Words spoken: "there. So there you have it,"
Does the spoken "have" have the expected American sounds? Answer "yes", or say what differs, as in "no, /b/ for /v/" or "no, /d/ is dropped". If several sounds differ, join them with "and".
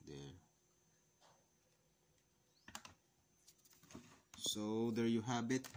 no, /b/ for /v/